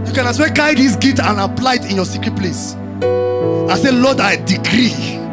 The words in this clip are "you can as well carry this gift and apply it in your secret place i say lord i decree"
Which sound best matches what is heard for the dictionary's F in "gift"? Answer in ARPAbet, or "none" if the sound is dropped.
none